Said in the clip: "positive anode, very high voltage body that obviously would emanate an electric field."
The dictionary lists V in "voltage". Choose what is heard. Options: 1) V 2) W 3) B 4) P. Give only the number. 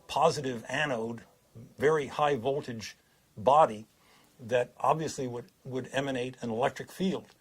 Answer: 1